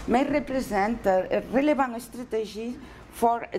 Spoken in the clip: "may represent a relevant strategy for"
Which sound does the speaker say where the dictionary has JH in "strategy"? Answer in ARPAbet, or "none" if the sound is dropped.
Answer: ZH